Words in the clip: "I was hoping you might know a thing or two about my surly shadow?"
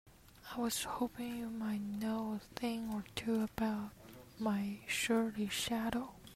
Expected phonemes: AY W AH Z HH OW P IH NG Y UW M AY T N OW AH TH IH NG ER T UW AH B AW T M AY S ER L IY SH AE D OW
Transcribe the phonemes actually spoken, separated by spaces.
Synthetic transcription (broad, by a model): AY W AH Z HH OW P IH NG Y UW M AY T N OW AH TH IH NG ER T UW AH B AW T M AY SH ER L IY SH AE D OW